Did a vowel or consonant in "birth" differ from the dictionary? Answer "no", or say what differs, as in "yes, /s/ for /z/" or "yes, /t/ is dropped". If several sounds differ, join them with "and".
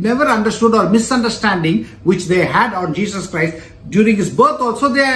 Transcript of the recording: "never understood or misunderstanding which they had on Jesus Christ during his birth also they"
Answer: yes, /t/ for /θ/